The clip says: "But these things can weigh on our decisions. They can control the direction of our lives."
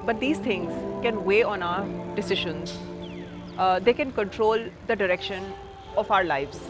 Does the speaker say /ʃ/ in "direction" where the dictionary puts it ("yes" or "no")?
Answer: yes